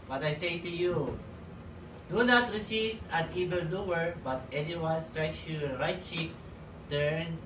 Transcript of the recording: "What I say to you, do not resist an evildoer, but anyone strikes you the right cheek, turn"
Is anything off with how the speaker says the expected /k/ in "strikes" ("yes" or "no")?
no